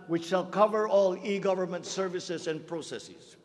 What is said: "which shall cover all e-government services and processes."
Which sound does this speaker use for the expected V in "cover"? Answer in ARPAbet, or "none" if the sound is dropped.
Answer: V